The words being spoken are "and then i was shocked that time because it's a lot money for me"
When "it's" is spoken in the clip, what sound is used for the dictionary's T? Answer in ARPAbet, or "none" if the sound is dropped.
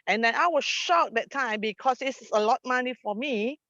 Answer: S